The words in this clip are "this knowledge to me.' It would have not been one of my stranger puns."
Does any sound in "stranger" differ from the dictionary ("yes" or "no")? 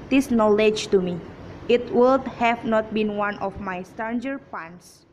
yes